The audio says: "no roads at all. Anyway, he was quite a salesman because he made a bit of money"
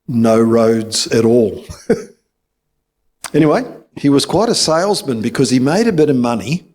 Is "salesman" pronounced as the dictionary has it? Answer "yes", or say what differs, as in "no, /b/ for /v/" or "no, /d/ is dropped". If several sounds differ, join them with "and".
yes